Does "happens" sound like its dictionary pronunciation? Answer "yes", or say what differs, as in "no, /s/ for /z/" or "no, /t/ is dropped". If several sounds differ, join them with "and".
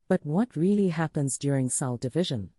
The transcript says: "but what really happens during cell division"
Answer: yes